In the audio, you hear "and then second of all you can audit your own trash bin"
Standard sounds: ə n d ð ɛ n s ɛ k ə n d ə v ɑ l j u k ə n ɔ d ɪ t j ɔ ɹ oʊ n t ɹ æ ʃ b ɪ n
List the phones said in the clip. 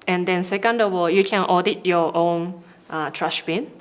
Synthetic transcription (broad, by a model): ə n d ɛ n s ɛ k ə n d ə w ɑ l j u k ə n ɔ d ɪ t j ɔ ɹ oʊ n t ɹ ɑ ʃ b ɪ n